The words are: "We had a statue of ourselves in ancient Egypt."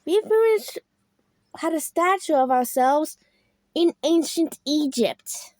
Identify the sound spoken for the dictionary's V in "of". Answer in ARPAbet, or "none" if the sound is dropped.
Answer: V